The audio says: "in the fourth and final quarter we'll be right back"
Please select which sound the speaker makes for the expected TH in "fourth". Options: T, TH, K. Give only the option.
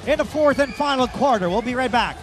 TH